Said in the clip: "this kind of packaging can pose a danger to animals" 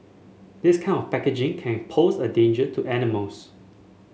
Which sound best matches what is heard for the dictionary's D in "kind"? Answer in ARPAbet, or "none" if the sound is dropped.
none